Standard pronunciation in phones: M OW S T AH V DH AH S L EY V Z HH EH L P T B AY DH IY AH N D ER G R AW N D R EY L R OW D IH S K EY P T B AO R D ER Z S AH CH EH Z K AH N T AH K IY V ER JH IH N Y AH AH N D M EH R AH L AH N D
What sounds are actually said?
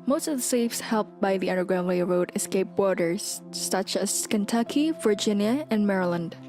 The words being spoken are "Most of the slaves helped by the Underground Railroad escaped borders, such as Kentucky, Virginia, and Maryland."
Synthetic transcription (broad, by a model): M OW S T AH V DH AH S EY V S HH EH L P B AY DH IY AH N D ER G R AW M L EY R OW D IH S K EY P B AO R D ER Z S AH CH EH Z K AH N T AH K IY V ER JH IH N Y AH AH N M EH R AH L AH N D